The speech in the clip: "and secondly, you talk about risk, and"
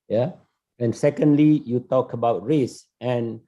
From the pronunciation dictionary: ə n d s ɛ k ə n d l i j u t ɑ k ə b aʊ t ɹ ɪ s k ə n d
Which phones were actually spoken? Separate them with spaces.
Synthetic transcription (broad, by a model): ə n s ɛ k ə n d l i j u t ɑ k ə b aʊ t ɹ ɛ s ə n